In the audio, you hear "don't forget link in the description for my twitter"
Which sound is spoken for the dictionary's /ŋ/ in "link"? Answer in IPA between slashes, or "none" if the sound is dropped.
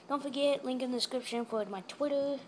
/ŋ/